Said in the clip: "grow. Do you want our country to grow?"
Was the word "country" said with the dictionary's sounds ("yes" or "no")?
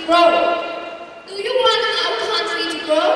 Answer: no